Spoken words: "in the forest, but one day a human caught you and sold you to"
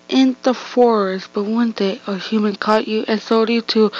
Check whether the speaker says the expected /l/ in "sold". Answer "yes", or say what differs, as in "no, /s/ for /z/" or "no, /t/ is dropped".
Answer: no, /l/ is dropped